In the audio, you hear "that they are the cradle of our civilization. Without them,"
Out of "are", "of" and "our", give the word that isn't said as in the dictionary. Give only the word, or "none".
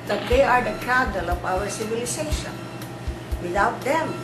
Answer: of